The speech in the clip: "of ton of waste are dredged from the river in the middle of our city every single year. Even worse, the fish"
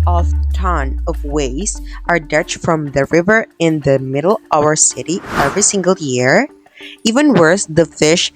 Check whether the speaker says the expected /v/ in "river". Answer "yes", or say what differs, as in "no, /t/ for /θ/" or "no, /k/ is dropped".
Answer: yes